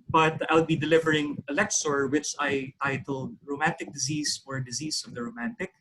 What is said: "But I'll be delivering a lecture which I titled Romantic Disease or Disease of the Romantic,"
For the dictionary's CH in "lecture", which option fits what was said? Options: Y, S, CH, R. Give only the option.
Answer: S